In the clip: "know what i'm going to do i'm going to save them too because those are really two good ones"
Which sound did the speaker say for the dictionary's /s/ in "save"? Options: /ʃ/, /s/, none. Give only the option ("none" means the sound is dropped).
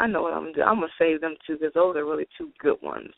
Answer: /s/